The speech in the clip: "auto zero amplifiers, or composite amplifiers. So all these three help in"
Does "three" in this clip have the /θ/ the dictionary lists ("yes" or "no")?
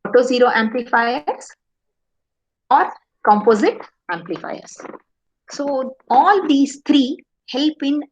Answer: no